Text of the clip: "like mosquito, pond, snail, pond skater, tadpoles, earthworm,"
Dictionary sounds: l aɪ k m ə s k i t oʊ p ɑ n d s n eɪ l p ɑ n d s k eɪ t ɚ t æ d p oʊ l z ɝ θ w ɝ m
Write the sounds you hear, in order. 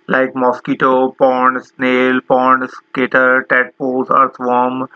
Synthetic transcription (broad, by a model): l aɪ k m ə s k i t oʊ p ɑ n d s n eɪ l p ɑ n d s k eɪ t ɚ t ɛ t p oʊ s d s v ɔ m